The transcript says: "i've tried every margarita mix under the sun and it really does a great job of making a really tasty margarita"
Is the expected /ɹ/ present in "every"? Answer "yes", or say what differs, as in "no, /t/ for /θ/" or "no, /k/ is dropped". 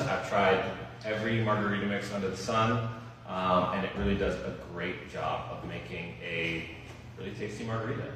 yes